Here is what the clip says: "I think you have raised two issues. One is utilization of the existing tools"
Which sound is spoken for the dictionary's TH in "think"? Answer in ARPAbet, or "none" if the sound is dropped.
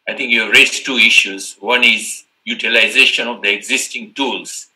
T